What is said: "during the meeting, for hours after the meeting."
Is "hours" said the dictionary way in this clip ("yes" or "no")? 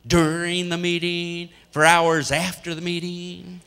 yes